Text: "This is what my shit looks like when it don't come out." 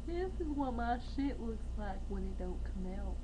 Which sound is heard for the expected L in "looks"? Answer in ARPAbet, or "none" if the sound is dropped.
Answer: W